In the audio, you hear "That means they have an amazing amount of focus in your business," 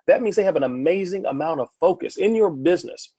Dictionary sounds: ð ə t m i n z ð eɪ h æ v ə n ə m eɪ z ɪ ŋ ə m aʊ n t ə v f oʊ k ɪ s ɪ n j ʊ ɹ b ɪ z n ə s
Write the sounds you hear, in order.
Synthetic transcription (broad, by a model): ð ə t m i n z ð eɪ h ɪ v ə n ə m eɪ z ɪ ŋ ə m aʊ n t ə v f oʊ k ɪ s ɪ n j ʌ ɹ b ɪ z n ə s